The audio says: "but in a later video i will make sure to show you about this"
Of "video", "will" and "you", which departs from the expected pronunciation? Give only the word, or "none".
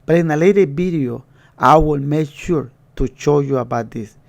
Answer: video